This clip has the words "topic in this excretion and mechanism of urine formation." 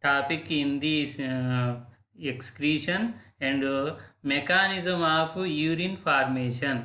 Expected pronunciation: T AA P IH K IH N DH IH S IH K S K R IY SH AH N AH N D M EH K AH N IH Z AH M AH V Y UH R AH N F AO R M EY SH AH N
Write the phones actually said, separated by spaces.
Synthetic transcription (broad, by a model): AA P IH K IH N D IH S IH K S K R IY SH AH N AH N D M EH K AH N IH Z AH M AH P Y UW R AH N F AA R M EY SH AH N